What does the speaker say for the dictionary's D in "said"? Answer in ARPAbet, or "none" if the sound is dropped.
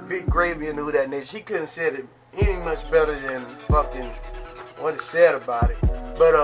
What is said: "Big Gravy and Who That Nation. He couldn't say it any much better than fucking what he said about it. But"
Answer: D